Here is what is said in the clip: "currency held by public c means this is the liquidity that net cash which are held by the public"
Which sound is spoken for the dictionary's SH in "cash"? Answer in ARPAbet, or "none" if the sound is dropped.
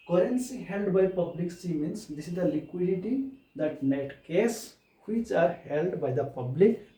S